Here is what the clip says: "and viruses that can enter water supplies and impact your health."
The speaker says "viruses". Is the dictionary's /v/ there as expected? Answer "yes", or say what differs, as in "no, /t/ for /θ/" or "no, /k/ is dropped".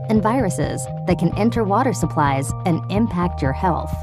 yes